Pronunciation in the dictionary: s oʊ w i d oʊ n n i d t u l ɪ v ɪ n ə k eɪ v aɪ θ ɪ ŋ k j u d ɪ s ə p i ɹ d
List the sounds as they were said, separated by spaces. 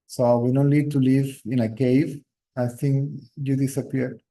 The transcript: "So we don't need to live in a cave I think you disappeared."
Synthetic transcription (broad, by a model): s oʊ w i d oʊ n l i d t u l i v ɪ n ə k eɪ v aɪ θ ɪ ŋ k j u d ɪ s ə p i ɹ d